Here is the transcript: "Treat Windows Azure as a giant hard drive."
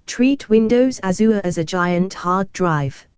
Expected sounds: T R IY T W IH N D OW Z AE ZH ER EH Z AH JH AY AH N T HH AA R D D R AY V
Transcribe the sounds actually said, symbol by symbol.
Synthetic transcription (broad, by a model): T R IY T W IH N D OW Z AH Z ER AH Z AH JH AY AH N T HH AA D D R AY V